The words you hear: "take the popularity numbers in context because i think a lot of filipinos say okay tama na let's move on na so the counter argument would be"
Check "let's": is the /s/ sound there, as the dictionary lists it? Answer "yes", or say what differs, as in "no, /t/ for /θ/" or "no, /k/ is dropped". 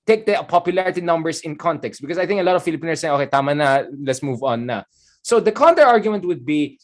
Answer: yes